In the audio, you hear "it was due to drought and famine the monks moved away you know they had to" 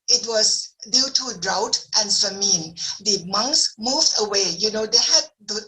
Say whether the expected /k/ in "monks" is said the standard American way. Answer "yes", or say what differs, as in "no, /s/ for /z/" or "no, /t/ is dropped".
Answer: yes